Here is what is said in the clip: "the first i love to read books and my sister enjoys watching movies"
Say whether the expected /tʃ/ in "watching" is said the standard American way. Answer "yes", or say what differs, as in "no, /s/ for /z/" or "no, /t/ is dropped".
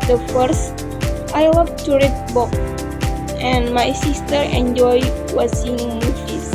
no, /s/ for /tʃ/